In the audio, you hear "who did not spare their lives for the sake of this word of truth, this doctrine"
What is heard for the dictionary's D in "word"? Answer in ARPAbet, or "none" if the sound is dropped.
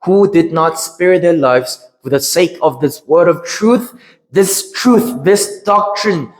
D